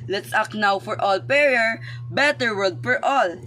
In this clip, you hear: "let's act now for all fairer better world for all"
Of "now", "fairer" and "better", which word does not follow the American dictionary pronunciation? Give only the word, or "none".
fairer